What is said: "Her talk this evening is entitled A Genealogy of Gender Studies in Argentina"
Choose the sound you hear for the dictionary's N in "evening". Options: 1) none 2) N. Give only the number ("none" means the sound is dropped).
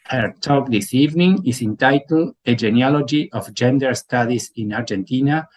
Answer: 2